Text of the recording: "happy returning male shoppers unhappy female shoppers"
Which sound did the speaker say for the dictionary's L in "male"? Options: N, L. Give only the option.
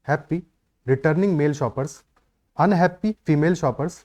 L